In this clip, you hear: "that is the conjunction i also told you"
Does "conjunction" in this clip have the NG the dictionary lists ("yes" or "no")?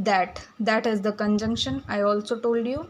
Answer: yes